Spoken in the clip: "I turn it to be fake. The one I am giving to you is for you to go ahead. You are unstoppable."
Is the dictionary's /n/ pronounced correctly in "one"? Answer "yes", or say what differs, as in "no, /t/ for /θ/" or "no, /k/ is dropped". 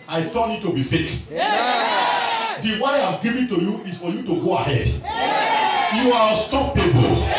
no, /n/ is dropped